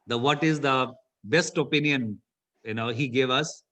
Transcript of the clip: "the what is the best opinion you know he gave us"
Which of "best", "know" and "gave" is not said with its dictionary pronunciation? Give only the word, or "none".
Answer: none